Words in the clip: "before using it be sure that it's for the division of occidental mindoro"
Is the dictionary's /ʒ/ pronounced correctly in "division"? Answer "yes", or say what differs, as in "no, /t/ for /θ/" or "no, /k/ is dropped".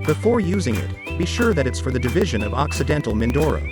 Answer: yes